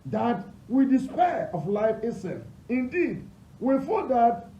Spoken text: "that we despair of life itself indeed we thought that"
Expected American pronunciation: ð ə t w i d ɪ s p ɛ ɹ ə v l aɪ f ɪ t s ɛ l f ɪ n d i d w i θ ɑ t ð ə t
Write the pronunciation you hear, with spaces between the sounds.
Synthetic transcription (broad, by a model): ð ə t w i d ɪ s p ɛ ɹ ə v l aɪ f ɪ s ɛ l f ɪ n d i d w i f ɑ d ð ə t